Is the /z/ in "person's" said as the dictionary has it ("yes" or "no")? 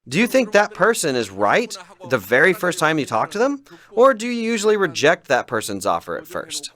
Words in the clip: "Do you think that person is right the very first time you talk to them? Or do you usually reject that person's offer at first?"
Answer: yes